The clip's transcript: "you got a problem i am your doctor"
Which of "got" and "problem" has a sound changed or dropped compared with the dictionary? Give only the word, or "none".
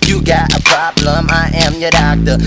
none